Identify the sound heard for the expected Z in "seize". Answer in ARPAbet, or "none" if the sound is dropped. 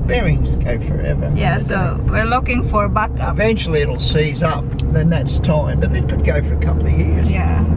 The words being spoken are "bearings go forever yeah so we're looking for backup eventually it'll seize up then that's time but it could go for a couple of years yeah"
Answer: Z